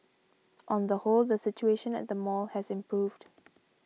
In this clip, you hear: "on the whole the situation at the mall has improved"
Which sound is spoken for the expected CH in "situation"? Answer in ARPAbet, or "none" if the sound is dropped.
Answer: CH